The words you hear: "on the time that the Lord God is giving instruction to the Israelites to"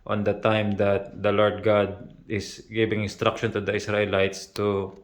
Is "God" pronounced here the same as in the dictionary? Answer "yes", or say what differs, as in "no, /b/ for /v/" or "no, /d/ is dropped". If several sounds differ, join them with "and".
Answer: yes